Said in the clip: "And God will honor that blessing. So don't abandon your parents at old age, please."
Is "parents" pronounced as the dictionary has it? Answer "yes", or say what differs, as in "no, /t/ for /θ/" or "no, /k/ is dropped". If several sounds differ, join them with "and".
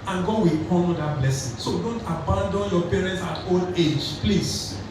yes